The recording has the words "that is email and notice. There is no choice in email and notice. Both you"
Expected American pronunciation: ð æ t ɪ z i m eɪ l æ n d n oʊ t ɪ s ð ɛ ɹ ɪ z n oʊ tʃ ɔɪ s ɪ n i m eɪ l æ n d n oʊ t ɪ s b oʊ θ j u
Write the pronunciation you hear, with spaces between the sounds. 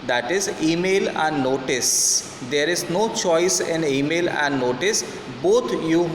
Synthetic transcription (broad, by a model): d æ t ɪ z i m eɪ l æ n d n oʊ t ɪ s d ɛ ɹ ɪ z n oʊ tʃ ɔɪ s ɪ n i m eɪ l æ n d n oʊ t ɪ s b oʊ t j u